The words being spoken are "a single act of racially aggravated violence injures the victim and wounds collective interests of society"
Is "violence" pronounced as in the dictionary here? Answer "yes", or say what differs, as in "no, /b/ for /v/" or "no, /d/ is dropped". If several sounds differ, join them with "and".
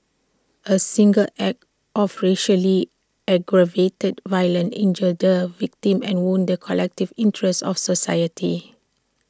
no, /s/ is dropped